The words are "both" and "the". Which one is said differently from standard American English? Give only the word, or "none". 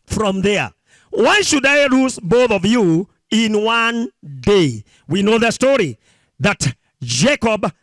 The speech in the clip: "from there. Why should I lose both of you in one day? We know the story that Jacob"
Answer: none